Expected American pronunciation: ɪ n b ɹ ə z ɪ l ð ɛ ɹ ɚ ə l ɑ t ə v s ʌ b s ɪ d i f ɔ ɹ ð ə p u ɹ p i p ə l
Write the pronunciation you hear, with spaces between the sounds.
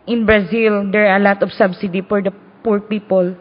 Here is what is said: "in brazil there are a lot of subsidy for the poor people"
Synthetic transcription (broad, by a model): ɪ n b ɹ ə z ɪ l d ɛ ɹ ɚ ə l ɑ t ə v s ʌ b s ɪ d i f ɔ ɹ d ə p u ɹ p i p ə l